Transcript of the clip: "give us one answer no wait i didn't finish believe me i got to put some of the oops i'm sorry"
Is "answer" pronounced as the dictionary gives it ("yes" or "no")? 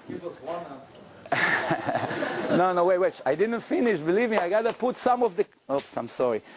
no